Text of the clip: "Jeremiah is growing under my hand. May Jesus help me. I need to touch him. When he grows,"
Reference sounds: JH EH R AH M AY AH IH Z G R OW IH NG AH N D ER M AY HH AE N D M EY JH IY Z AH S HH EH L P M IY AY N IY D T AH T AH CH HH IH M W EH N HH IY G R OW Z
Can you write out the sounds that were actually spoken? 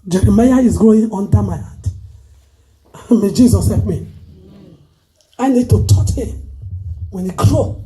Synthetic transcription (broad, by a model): JH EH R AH M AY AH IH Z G OW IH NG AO N D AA M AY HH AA D M EY JH IY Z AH S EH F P M IY AY N IY D T AH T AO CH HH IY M W EH N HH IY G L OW